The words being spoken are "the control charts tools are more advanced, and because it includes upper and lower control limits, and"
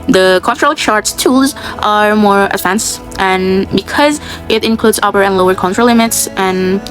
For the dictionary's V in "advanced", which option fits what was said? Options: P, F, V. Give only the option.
F